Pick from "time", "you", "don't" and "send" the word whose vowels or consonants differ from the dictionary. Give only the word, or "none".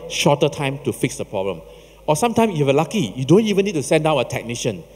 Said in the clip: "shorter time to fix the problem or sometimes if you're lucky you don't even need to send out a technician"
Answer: none